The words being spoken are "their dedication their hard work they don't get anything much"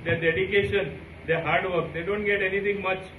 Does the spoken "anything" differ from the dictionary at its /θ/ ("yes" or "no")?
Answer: yes